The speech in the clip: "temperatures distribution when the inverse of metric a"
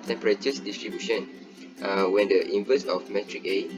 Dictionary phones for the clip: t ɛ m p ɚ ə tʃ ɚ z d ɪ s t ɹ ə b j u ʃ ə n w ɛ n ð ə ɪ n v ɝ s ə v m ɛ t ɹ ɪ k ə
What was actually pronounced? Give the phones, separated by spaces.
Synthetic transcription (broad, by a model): t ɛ m p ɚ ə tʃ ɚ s d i s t ɹ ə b j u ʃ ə n w ɛ n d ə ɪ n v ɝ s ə f m ɛ t ɹ ɪ k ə